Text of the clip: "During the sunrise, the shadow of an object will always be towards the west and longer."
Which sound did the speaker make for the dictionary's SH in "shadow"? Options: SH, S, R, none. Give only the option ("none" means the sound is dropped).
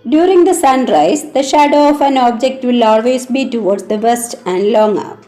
SH